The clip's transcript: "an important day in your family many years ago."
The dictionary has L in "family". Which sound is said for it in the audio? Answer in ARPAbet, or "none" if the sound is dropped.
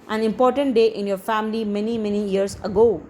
N